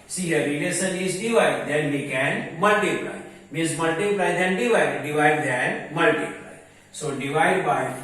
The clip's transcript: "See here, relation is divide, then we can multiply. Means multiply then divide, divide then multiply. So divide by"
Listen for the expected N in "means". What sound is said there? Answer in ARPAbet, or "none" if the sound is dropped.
none